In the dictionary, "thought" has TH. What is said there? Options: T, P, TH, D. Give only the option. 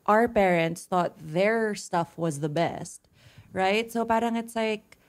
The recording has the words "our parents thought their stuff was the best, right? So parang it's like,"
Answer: TH